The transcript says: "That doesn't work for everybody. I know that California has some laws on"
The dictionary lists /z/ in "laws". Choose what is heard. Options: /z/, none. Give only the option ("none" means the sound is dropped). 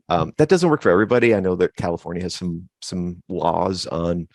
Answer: /z/